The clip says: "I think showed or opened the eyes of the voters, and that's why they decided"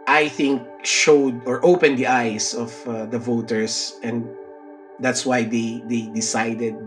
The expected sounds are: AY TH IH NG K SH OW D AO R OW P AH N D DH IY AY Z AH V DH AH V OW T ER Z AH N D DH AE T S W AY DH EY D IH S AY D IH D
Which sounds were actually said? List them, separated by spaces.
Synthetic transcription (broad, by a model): AY TH IH NG K SH OW D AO R OW P AH N D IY AY S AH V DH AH V OW T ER S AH N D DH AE T S W AY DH EY D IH S AY D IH D